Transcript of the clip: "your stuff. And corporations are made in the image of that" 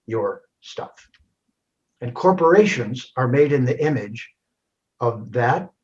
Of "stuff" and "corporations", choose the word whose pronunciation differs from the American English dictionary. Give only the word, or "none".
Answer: none